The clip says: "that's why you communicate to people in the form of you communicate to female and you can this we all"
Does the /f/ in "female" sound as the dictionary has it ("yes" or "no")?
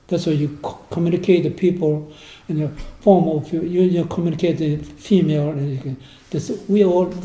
yes